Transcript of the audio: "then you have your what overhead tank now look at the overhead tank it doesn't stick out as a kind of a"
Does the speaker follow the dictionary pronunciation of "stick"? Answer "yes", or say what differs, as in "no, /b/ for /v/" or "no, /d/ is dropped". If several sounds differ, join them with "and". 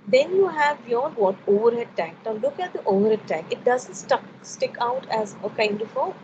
yes